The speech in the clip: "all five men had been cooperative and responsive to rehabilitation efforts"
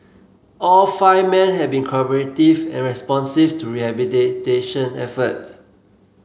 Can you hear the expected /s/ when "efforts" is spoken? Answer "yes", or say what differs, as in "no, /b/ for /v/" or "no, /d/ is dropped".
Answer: no, /s/ is dropped